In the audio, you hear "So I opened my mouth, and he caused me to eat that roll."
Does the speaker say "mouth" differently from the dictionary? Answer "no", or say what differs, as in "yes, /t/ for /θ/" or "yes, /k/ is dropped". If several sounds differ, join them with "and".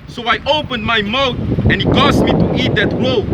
yes, /t/ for /θ/